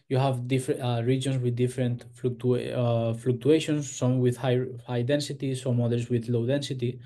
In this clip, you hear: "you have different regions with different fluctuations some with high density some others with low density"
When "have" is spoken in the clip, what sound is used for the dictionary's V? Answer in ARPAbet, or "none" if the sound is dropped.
V